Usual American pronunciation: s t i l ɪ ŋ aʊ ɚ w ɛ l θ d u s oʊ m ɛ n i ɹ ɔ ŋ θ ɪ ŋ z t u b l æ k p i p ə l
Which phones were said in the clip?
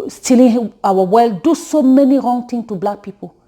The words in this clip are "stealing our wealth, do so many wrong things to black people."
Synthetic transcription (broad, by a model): s t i l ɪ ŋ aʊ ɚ w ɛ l d u s oʊ m ɛ n i ɹ ɔ ŋ t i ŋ t u b l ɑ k p i p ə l